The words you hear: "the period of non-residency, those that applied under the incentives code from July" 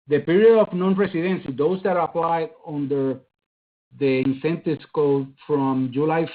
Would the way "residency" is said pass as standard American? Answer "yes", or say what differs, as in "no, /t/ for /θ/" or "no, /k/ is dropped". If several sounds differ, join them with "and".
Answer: no, /s/ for /z/